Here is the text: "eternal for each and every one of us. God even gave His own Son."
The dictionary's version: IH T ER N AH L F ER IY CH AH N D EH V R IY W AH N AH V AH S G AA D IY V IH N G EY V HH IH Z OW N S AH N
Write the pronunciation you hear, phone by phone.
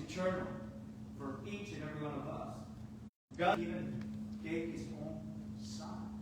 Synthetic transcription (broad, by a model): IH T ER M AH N F ER IY CH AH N EH V R IY W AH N AH V AH S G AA IY V IH N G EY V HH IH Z OW N S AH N